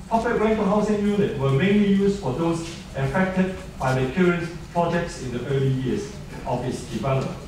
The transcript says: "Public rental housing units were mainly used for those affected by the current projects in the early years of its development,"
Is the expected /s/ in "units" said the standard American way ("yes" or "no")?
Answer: no